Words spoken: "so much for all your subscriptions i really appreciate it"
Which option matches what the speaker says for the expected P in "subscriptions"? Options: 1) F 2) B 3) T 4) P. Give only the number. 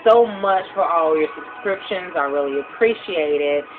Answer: 4